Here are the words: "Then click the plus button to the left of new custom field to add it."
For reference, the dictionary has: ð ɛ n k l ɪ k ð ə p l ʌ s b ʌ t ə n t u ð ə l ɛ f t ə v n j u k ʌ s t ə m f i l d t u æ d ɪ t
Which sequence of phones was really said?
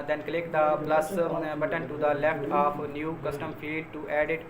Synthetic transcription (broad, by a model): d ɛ n k l ɪ k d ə p l ʌ s b ʌ t ə n t u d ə l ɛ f t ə p n j u k ʌ s t ə m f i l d t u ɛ d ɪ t